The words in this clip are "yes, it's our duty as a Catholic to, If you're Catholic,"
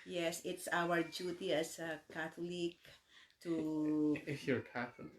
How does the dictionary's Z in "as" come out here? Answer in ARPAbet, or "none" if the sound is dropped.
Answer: S